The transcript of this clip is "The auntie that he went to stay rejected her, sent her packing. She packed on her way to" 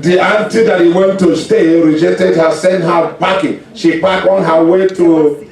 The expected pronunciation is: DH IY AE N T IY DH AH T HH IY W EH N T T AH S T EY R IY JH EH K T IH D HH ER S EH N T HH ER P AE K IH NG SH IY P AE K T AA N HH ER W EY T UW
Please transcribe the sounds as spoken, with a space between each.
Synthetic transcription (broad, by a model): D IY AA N T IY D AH T HH IY W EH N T T AH S T EY R IY JH EH K T IH D HH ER S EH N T HH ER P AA K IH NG SH IY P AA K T AA N HH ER W EY T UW